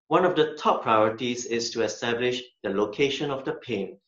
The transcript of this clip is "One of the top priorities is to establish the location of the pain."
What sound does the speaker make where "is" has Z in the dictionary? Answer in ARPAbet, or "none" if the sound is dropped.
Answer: S